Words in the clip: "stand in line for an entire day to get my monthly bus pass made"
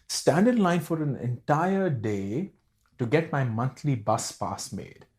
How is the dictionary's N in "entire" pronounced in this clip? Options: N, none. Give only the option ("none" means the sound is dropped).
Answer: N